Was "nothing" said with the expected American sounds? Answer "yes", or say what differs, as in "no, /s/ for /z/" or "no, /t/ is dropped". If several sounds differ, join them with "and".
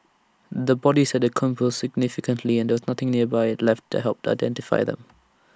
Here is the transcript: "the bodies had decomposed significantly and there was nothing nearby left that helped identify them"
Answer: yes